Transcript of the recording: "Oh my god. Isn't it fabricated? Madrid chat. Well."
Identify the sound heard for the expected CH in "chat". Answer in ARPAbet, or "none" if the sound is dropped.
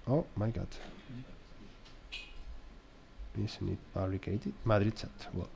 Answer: S